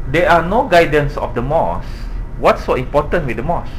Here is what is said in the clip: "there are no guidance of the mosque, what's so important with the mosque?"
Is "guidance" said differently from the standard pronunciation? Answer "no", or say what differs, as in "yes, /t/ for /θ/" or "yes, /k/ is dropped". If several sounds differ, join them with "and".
no